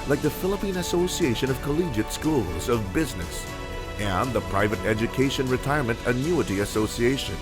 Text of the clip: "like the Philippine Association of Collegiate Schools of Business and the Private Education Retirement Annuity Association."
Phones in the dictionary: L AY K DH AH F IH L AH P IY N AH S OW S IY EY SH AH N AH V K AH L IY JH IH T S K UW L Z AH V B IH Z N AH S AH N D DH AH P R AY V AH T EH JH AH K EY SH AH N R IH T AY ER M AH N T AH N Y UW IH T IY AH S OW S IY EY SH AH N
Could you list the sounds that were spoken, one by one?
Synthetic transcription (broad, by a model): L AY K DH AH F IH L AH P IY N AH S OW S IY EY SH AH N AH V K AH L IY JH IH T S K UW L Z AH V B IH Z N AH S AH N DH AH P R AY V AH T EH JH AH K EY SH AH N R IH T AY ER M AH N T AH N Y UW IH T IY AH S OW S IY EY SH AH N